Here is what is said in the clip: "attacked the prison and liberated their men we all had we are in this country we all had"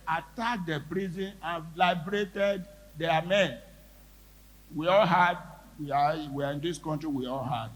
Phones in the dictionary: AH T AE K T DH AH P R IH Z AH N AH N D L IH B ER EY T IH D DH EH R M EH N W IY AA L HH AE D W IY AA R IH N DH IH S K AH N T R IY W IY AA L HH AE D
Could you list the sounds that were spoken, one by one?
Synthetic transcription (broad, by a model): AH T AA K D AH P R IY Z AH N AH N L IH B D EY T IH D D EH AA M EH N W IY AA L HH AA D W IY AA W IH N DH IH S K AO N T R IY W IY AA L HH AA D